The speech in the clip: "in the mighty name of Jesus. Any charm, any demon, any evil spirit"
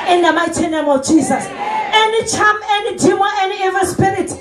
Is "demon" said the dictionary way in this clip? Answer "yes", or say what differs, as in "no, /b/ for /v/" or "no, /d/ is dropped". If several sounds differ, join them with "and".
no, /n/ is dropped